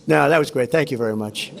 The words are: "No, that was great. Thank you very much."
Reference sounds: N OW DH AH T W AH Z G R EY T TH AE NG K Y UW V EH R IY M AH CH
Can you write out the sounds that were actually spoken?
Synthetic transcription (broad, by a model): N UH DH AH T W AH Z G R EY T TH AE NG K Y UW V EH R IY M AH CH